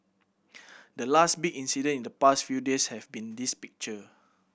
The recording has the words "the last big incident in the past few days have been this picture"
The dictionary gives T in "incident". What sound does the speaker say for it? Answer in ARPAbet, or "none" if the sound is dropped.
none